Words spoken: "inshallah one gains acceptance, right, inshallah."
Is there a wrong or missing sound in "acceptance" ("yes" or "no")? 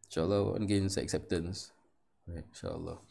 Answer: no